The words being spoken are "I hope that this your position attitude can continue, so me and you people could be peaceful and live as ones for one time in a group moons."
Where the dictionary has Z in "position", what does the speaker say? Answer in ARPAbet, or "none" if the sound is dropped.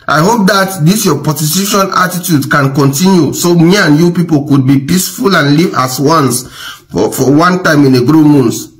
S